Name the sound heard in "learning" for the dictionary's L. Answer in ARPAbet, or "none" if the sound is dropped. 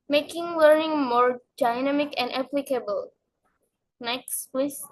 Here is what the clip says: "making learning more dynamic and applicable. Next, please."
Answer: W